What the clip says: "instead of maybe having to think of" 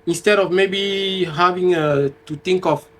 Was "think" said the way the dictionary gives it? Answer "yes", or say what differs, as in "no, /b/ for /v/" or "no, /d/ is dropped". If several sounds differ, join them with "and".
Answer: no, /t/ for /θ/